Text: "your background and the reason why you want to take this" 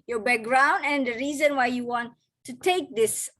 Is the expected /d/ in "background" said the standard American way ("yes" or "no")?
yes